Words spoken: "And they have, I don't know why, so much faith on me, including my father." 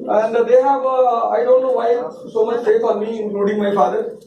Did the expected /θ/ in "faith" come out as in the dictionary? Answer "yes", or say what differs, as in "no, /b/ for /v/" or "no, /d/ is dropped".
no, /f/ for /θ/